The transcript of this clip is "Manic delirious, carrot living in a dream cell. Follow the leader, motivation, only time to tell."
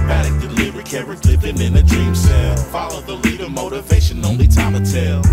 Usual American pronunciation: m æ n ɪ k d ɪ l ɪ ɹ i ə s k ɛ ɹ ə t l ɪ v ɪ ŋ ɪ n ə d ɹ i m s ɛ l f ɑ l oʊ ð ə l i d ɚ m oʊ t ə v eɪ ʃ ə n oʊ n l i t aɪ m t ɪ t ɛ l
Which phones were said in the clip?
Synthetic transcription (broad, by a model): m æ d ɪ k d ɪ l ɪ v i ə k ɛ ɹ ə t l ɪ p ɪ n ɪ n ə d ɹ i m s ɛ l f ɑ l oʊ ð ə l i d ɚ m oʊ t ə v eɪ ʃ ə n oʊ n l i t aɪ m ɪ t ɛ l